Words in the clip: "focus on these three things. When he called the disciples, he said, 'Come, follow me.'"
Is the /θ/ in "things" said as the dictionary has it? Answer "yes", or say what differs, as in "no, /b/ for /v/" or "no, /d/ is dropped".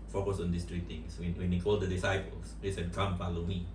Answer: no, /t/ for /θ/